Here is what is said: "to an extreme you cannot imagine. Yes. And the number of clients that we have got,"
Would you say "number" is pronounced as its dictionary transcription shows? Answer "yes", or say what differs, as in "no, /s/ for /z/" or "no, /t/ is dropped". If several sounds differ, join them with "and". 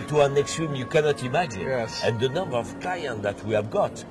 yes